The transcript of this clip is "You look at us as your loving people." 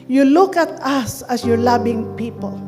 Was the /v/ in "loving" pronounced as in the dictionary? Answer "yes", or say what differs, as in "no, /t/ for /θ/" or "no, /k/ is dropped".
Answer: no, /b/ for /v/